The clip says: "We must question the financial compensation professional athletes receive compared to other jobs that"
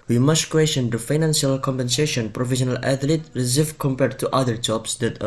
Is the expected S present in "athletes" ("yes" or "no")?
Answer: no